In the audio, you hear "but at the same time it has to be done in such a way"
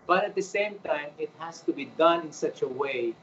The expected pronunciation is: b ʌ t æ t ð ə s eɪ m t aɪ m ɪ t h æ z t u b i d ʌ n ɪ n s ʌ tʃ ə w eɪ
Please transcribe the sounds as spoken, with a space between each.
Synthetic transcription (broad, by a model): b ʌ t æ t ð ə s eɪ m t aɪ m ɪ t h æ s t u b i d ʌ n ɪ n s ʌ tʃ ə w eɪ